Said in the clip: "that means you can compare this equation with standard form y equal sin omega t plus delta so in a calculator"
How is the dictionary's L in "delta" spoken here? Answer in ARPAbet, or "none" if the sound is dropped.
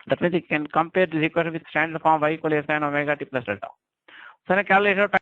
none